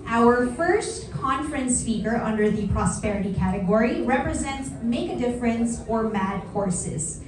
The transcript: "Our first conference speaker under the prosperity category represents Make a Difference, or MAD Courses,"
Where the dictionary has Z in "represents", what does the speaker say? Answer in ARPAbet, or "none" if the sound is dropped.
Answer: Z